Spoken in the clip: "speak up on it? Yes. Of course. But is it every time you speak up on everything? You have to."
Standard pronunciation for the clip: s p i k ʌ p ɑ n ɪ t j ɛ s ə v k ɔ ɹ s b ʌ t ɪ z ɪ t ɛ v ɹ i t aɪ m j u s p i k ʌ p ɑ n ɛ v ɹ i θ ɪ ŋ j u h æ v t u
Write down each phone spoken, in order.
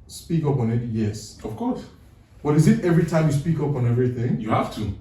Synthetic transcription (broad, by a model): s p i k ʌ p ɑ n ɪ t j ɛ s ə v k ɔ ɹ s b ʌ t ɪ z ɪ t ɛ v ɹ i t aɪ m j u s p i k ʌ p ɑ n ɛ v ɹ i θ ɪ ŋ j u h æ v t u